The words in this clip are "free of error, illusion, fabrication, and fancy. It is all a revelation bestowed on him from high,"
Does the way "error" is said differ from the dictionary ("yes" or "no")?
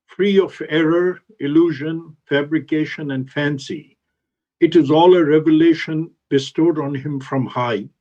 no